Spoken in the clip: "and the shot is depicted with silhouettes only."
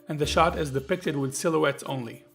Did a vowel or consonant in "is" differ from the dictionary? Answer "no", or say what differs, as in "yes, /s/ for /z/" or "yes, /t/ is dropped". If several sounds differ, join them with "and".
no